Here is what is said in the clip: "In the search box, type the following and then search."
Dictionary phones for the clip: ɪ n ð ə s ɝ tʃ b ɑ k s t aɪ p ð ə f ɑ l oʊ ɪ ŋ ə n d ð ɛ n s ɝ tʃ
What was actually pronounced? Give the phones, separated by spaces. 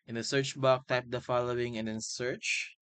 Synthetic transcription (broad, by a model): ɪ n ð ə s ɝ tʃ b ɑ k t aɪ p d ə f ɑ l oʊ ɪ ŋ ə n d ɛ n s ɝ tʃ